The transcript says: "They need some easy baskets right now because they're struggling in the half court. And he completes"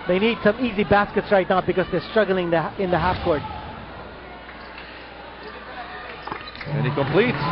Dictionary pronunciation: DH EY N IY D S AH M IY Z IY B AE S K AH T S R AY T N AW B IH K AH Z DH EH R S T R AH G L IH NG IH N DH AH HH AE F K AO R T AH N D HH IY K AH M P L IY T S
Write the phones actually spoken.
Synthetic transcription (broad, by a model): DH EY N IY D S AH M IY Z IY B AE S K AH T S R AY T N AW B IH K AH Z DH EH R S T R AH G L IH NG IH N DH AH HH AE F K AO R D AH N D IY K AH M P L IY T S